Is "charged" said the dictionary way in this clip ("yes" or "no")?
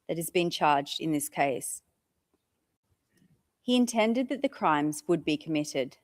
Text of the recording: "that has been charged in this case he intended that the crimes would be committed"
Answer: yes